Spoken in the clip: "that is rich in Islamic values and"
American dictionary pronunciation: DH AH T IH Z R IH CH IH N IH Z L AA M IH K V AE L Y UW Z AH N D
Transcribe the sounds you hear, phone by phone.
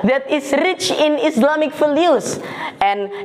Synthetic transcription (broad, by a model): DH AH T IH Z R IH CH IH N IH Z L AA M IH K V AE L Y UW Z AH N